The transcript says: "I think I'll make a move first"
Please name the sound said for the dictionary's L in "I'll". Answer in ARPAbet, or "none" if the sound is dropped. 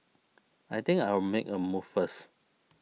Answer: W